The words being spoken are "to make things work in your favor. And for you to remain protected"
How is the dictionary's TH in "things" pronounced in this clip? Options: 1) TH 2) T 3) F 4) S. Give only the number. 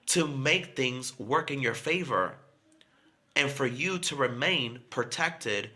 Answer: 1